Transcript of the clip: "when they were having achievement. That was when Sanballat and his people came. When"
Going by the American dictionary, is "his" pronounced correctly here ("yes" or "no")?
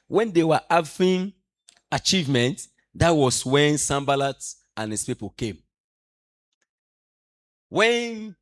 no